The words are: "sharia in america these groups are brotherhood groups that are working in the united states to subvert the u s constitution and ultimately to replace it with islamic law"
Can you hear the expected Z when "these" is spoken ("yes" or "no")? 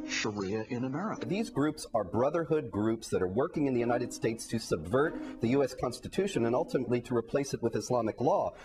yes